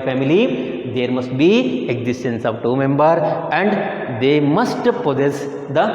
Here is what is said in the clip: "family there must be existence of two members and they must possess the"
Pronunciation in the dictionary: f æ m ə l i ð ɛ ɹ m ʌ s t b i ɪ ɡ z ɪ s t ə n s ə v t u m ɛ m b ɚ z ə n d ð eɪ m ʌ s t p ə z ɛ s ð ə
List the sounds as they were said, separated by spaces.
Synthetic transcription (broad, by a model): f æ m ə l i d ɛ ɹ m ʌ s t b i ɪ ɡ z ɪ s t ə n s ə v t u m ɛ m b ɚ ə n d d eɪ m ʌ s t p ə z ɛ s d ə